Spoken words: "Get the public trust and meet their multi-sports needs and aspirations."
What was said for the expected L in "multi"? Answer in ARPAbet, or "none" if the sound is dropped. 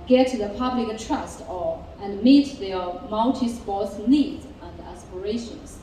N